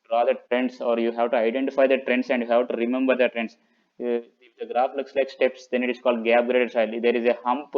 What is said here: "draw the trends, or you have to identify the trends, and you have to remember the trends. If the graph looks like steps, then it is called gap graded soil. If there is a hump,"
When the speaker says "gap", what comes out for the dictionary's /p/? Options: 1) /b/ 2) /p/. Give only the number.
1